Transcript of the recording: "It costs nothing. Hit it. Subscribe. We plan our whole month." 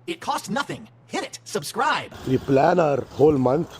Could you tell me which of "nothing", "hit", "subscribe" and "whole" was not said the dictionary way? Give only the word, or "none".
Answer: none